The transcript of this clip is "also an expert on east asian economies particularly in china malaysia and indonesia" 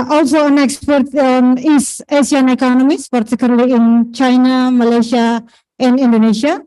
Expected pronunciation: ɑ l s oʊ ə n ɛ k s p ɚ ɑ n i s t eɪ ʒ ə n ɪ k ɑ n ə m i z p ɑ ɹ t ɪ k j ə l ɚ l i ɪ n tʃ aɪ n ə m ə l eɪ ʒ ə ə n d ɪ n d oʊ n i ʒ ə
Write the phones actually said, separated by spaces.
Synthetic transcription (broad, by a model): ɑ l s oʊ ə n ɛ k s p ɚ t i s eɪ s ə n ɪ k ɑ n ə m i s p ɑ ɹ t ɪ k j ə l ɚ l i ɪ n tʃ aɪ n ə m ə l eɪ ʃ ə ə n d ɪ n d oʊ n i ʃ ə